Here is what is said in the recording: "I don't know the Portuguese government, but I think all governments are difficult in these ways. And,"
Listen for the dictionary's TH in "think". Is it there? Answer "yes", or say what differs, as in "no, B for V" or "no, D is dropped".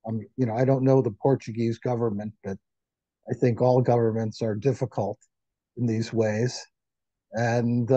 yes